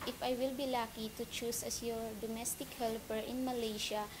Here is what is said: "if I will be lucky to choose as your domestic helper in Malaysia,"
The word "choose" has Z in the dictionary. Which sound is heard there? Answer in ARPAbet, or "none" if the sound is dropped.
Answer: S